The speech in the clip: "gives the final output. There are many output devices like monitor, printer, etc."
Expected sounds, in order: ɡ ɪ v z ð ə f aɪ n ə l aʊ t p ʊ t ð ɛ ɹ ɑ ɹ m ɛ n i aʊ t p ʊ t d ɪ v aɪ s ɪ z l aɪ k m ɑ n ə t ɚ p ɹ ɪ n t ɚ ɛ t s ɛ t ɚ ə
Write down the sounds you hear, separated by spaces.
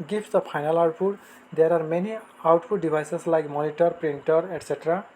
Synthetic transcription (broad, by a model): ɡ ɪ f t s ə p aɪ n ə l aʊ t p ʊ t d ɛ ɹ ɑ ɹ m ɛ n i aʊ t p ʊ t d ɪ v aɪ s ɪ s l aɪ k m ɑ n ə t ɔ p ɹ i n t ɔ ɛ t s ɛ t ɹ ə